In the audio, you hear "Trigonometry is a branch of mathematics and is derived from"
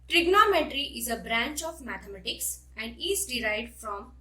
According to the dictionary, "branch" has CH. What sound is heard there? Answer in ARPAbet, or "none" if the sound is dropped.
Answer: CH